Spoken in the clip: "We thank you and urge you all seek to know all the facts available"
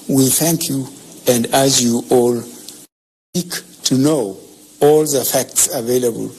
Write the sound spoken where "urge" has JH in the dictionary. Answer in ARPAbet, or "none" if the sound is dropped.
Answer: Z